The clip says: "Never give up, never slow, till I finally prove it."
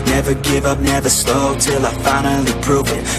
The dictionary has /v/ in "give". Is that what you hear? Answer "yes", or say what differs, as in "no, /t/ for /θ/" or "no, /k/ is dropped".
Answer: yes